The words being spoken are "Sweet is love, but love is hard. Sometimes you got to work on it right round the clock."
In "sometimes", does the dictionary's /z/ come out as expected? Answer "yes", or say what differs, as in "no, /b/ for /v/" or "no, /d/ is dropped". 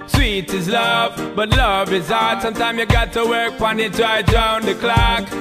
no, /z/ is dropped